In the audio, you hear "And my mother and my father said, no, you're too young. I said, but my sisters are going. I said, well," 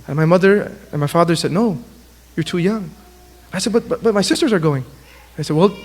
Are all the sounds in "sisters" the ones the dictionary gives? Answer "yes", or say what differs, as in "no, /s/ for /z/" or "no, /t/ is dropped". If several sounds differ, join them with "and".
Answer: yes